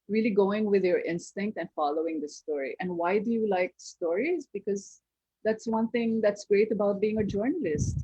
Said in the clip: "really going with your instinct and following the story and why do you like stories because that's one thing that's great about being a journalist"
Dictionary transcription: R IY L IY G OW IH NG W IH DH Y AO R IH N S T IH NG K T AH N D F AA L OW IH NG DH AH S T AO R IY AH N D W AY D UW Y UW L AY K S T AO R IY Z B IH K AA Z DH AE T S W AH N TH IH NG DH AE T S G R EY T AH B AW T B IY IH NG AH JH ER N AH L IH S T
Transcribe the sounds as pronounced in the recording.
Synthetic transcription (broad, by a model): R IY L IY G OW IH NG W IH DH Y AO R IH N S T IH NG K T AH N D F AA L OW IH NG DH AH S T AO R IY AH N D W AY D UW Y UW L AY K S T AO R IY Z B IH K AA Z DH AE T S W AH N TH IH NG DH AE T S G R EY T AH B AW T B IY IH NG AH JH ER N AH L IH S T